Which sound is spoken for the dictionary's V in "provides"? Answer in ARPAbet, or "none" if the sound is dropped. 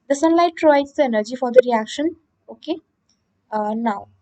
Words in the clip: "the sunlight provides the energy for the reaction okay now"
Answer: none